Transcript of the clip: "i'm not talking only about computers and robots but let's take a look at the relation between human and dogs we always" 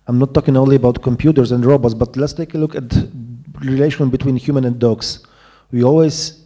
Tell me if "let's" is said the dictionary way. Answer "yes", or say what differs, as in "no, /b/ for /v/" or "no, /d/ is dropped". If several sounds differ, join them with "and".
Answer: yes